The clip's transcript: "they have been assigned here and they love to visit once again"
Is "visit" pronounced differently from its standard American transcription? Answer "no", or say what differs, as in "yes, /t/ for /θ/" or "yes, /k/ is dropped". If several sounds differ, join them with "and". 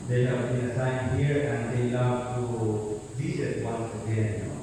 yes, /s/ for /z/